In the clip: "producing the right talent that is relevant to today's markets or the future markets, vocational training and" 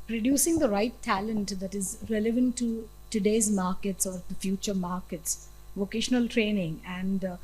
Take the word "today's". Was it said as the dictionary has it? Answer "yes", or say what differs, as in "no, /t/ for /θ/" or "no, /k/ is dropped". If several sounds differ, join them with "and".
yes